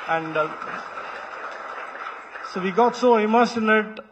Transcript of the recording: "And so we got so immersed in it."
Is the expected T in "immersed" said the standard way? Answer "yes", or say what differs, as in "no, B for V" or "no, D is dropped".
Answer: no, T is dropped